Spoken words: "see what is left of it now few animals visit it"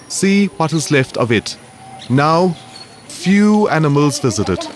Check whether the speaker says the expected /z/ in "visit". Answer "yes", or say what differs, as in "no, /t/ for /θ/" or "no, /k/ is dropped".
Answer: yes